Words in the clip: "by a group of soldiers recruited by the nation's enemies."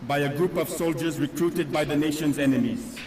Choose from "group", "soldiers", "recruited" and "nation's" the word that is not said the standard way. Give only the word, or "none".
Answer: none